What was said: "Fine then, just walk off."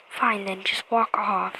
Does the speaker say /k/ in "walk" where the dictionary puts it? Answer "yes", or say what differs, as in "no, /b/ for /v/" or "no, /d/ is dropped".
yes